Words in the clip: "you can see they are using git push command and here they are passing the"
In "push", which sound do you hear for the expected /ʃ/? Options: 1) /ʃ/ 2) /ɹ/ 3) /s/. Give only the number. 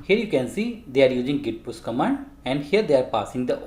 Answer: 3